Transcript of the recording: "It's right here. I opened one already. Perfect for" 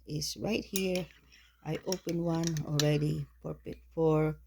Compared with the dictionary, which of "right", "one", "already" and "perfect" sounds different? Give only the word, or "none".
perfect